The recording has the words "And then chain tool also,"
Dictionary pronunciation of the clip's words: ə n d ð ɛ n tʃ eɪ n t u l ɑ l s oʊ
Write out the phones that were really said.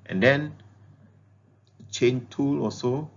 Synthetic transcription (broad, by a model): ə n d ɛ n tʃ eɪ n t u l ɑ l s oʊ